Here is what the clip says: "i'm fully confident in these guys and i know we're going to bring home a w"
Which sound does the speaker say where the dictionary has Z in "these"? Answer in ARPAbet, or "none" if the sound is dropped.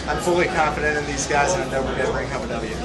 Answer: Z